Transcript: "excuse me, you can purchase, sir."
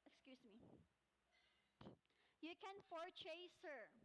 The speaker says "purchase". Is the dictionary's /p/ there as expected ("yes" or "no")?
no